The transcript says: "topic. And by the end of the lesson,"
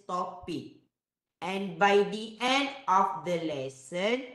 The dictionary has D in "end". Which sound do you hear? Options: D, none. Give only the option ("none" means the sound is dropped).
D